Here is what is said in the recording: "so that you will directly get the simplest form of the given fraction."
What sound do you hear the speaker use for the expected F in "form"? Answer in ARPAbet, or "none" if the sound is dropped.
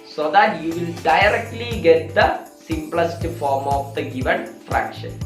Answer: F